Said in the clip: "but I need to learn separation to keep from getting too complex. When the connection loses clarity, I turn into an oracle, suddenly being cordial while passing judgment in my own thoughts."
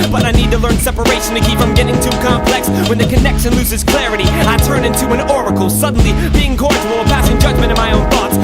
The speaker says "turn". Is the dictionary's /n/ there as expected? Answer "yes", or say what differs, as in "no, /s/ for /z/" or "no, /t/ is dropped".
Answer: yes